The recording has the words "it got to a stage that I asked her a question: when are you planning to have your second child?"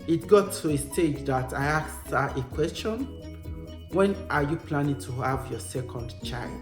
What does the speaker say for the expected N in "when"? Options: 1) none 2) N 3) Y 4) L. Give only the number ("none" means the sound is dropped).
2